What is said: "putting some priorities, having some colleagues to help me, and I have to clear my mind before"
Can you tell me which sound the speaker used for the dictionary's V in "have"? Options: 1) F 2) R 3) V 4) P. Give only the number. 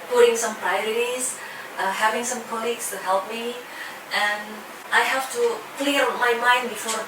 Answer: 1